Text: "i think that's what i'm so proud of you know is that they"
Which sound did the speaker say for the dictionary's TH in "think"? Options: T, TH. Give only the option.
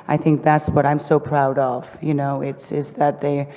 TH